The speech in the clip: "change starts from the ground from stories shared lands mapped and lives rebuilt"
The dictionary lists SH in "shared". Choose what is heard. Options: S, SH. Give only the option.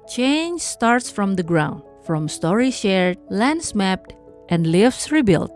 SH